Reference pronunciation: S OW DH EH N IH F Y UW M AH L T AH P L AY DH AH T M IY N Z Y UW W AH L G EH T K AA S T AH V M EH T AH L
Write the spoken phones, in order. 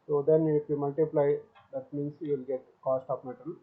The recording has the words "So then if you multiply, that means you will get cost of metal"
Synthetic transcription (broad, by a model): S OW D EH N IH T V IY M AH L T AH P L AY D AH T M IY N S Y UW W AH L G EH T K AA S T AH P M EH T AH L